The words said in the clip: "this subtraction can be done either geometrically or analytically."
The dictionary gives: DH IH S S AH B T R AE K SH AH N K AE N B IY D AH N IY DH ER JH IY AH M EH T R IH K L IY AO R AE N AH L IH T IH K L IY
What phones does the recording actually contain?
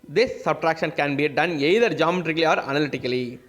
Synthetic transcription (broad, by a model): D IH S S AH B T R AE K SH AH N K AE N B IY D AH N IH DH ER JH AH M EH T R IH K L IY AO R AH N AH L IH T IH K L IY